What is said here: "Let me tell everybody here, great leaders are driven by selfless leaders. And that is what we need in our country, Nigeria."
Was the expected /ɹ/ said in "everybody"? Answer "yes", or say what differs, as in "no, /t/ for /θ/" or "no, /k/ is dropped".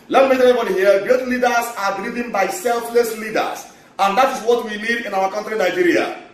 no, /ɹ/ is dropped